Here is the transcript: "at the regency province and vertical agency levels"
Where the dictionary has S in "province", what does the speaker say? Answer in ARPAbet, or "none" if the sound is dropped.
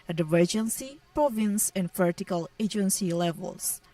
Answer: S